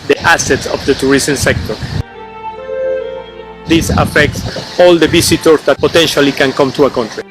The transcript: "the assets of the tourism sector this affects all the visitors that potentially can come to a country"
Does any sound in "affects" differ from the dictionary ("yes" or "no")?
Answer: no